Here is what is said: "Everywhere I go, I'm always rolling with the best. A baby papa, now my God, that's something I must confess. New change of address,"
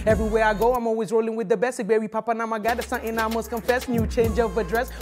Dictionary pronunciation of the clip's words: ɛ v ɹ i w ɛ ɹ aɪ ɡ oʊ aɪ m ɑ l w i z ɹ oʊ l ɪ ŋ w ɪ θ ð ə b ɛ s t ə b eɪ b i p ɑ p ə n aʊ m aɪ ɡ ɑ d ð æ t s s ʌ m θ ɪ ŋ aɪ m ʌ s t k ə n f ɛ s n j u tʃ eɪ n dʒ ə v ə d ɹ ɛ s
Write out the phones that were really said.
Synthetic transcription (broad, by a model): ɛ v ɹ i w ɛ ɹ aɪ ɡ oʊ aɪ m ɑ l w i z ɹ oʊ l ɪ ŋ w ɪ ð ə b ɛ s ə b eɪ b i p ɑ p ə n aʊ m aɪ ɡ ɑ d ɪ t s s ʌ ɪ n aɪ m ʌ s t k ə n f ɛ s n j u tʃ eɪ n dʒ ə v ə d ɹ ɛ s